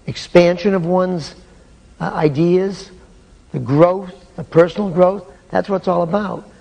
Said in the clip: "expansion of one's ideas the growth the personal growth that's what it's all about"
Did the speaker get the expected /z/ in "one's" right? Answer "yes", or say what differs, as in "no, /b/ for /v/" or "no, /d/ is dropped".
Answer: yes